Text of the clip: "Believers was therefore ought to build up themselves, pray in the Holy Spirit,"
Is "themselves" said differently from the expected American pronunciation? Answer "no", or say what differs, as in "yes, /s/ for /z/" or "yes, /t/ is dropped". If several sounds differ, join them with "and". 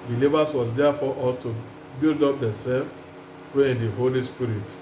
yes, /m/ is dropped